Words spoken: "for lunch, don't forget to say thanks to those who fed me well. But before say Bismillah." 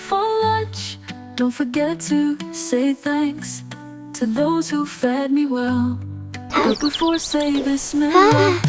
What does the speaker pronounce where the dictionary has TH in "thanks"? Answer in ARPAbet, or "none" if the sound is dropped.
TH